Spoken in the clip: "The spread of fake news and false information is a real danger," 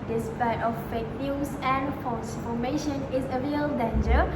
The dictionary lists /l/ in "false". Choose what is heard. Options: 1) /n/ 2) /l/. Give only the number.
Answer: 1